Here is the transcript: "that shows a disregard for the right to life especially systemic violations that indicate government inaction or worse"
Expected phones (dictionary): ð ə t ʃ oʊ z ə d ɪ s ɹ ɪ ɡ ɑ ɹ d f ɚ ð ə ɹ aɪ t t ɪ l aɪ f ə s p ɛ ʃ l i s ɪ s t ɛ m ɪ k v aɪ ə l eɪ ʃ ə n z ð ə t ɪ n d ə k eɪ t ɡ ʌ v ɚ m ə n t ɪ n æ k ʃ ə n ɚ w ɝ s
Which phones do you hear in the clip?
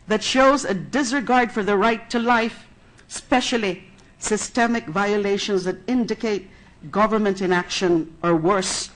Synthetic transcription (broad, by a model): ð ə t ʃ oʊ z ə d ɪ s ɹ ɪ ɡ ɑ ɹ d f ɚ ð ə ɹ aɪ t t ɪ l aɪ f s p ɛ ʃ l i s ɪ s t ɛ m ɪ k v aɪ ə l eɪ ʃ ə n z ð ə t ɪ n d ə k eɪ t ɡ ʌ v ɚ m ə n t ɪ n æ k ʃ ə n ɚ w ɝ s